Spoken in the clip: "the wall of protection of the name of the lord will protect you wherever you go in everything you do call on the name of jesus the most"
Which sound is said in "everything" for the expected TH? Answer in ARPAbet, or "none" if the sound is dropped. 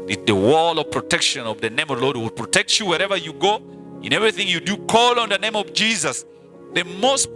TH